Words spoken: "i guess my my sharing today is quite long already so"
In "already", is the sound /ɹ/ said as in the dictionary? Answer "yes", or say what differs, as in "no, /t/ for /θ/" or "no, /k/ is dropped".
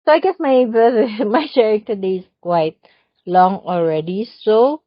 yes